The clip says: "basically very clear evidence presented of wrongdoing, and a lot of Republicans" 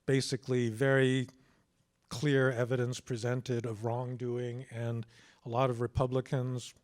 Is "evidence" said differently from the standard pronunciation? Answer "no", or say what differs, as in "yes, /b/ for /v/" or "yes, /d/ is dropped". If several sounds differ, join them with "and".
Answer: no